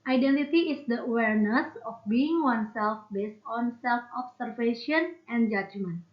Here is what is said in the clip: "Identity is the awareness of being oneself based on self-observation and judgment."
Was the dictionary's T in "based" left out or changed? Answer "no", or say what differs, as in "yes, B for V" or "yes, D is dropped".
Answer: no